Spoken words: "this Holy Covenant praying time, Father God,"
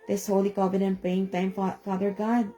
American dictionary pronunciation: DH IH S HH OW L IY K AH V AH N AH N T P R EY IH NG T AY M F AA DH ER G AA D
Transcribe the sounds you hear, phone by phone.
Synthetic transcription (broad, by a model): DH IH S HH OW L IY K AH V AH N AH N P EY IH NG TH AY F F AA DH ER G AA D